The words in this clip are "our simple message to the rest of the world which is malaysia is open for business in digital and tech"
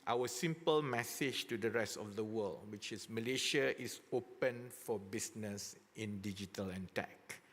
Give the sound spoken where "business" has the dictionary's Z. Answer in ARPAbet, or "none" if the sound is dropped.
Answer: S